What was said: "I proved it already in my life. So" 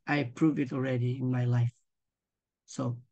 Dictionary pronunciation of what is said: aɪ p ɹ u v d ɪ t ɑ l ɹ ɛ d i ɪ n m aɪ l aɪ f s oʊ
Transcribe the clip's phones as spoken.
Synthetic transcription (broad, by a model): aɪ p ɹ u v ɪ t ɑ l ɹ ɛ d i ɪ n m aɪ l aɪ f s oʊ